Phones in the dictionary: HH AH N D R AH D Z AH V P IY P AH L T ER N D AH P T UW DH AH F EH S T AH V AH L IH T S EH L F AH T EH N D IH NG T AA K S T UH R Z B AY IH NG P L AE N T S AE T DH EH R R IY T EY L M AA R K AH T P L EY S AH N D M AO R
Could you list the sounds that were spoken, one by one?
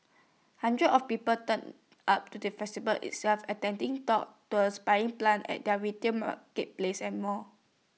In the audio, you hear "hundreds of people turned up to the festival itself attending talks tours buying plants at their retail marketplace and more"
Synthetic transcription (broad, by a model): HH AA N D R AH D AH F P IY P AH L T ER N AA P T UW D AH F EH S T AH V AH L IH T S EH L F AH T EH N D IH NG T AA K T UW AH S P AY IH NG P L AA N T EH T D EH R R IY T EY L M AA K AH T P L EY S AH N M AO